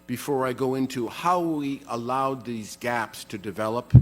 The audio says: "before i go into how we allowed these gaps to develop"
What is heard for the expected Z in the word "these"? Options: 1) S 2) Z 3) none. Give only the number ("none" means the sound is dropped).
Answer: 2